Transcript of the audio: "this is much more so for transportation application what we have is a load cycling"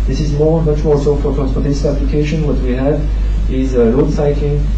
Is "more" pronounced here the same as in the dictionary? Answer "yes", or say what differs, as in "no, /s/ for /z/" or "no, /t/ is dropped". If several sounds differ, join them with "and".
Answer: no, /l/ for /ɹ/